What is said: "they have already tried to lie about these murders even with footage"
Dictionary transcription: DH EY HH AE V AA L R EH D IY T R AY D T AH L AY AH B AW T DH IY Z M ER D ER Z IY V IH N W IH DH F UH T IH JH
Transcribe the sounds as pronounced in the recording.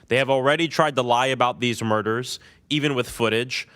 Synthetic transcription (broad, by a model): DH EY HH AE V L R EH D IY T R AY D T AH L AY AH B AW T DH IY Z M ER D ER Z IY V IH N W IH DH F UH T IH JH